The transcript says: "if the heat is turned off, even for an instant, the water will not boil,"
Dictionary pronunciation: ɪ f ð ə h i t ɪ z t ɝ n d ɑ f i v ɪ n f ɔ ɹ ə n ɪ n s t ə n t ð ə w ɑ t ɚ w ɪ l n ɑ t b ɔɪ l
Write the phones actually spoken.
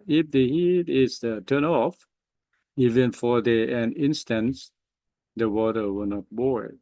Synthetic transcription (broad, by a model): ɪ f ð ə h i t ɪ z t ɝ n ɑ f i v ɪ n f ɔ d ə n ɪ n s t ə n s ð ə w ɑ t ɚ w ɪ l n ɑ t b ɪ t